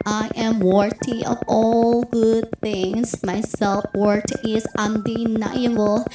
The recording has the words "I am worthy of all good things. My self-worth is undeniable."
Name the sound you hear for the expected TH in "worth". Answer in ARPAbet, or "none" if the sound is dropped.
T